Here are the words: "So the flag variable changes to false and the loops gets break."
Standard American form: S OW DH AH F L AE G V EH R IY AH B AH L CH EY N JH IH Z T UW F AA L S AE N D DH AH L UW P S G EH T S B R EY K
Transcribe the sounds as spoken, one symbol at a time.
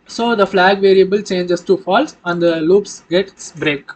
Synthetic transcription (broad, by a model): S OW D AH F L AE G V EH R IY AH B AH L CH EY N JH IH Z T UW F AA L S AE N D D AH L UW P S G EH T S B R EY K